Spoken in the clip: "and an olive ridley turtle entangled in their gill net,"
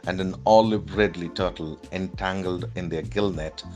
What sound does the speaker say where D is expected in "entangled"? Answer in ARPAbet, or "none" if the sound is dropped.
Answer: D